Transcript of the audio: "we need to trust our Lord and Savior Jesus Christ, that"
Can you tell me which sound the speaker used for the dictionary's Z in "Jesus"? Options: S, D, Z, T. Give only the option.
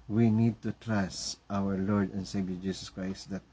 S